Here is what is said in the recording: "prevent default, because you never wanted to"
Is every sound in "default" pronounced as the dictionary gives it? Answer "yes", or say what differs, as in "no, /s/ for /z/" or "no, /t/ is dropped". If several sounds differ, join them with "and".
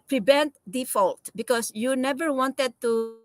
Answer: yes